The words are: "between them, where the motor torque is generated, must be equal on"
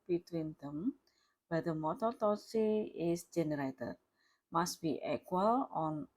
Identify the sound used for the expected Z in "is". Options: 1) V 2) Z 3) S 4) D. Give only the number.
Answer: 3